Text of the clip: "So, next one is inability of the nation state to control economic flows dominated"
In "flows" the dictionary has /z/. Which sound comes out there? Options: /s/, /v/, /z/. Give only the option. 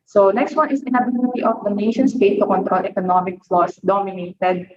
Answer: /s/